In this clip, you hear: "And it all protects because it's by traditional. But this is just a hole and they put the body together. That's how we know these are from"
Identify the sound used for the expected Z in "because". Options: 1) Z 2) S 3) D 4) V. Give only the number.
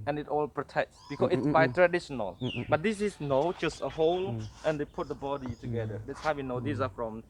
2